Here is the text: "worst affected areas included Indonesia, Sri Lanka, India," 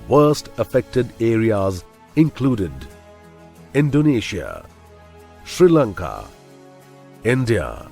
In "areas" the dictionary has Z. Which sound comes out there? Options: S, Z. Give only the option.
Z